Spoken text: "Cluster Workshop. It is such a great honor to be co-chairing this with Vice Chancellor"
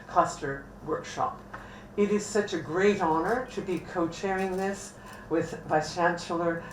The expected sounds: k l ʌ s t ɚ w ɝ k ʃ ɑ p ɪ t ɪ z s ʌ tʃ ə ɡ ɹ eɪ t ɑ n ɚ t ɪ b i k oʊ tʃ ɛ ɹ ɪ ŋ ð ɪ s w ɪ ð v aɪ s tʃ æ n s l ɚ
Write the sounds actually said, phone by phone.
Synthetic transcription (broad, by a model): k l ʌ s t ɚ w ɝ k ʃ ɑ p ɪ t ɪ z s ʌ tʃ ə ɡ ɹ eɪ t ɑ n ɚ t ɪ b i k oʊ tʃ ɛ ɹ ɪ ŋ ð ɪ s w ɪ ð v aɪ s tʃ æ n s l ɚ